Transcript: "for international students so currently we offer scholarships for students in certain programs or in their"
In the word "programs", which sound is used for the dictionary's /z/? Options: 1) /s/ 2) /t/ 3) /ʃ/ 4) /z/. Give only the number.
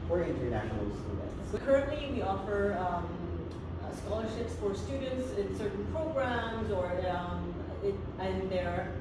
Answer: 4